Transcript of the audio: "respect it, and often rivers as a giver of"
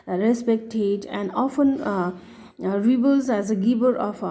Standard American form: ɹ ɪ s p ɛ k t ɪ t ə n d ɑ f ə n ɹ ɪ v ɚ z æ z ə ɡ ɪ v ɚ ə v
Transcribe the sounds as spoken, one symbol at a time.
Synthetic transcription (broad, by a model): ɹ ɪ s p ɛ k t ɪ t ə n d ɑ f ə n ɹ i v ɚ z æ z ə ɡ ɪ b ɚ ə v